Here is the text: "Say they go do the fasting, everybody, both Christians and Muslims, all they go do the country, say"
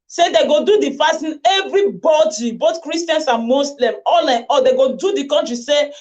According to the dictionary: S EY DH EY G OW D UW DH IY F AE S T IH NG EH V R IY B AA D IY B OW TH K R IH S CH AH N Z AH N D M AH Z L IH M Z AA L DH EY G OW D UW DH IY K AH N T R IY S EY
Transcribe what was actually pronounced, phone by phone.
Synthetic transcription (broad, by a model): S EY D EY G OW D UW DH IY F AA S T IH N EH V R IY B AA D IY B OW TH K R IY S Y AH N S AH N M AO S L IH M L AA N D EY G OW D UW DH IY K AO N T R IY S EY